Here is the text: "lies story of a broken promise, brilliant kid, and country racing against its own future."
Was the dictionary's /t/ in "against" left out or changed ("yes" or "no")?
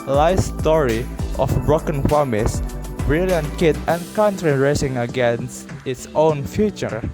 no